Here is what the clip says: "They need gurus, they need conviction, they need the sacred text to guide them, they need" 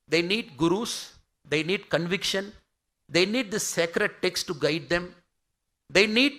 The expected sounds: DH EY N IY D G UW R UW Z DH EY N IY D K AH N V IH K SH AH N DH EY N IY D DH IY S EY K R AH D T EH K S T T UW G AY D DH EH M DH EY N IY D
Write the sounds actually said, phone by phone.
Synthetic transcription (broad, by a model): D EY N IY D G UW R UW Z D EY N IY D K AH N V IH K SH AH N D EY N IY D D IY S EY K R AH D T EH K S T T UW G AY D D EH M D EY N IY D